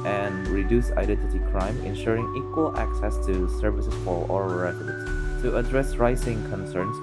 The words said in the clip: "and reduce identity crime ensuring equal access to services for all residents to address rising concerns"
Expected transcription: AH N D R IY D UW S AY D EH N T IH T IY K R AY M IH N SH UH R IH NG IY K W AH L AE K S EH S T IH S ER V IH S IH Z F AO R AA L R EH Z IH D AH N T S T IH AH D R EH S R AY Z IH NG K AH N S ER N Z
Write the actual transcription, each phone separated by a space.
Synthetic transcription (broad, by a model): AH N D R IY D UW S AY D EH N T IH T IY K R AY M IH N SH UH R IH NG IY K W AH L AE K S EH S T IH S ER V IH S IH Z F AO L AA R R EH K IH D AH T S T IH AH D R EH S R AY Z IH NG K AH N S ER N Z